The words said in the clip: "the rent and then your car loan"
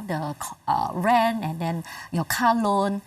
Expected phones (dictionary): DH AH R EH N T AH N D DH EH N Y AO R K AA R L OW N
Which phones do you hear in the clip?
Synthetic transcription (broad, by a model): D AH R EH N AH N D EH N Y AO K AA L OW N